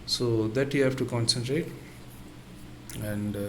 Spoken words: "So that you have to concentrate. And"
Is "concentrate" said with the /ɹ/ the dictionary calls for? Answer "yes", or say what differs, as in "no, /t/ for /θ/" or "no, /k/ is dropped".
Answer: yes